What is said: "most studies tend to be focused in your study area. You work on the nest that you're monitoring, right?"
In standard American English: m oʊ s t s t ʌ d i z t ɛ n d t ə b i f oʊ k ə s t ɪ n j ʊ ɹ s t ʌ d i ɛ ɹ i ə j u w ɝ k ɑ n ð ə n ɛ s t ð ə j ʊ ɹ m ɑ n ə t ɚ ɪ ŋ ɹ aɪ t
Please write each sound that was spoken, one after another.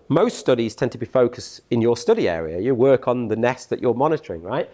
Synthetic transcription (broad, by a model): m oʊ s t s t ʌ d i z t ɛ n t ə b i f oʊ k ə s t ɪ n j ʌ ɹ s t ʌ d i ɛ ɹ i ə j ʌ w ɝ k n ð ə n ɛ s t ð ə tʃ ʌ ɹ m ɑ n ə t ɚ ɪ ŋ ɹ aɪ t